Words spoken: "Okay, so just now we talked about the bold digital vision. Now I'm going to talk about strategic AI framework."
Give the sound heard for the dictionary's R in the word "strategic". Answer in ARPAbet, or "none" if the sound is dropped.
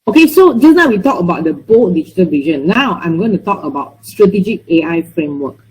R